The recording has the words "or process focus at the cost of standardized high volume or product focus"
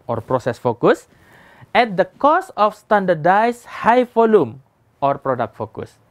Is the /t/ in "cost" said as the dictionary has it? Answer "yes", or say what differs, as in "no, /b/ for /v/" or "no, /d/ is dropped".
no, /t/ is dropped